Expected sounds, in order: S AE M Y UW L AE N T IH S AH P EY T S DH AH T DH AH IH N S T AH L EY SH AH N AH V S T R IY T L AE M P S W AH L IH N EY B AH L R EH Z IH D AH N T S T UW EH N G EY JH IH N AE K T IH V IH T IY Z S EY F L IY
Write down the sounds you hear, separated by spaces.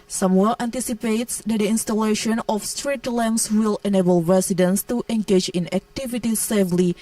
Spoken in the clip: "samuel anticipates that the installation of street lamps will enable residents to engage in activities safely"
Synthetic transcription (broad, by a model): S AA M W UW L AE N T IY S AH P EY T S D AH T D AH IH N S T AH L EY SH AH N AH F S T R IY T L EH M S W AH L IH N EY B AH L R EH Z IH D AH N S T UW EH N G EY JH IH N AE K T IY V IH T IY S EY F L IY